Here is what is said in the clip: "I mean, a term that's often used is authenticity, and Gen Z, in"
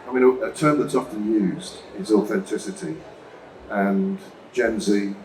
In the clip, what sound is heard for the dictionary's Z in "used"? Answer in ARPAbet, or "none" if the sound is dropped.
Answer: Z